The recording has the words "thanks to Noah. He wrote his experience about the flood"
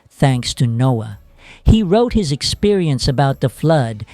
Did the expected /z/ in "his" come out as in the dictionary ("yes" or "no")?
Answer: yes